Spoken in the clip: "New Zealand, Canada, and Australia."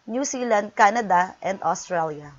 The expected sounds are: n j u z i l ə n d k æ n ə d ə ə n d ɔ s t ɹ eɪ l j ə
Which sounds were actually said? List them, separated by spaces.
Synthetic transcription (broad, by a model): n j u s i l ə n d k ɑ n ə d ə ə n d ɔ s t ɹ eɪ l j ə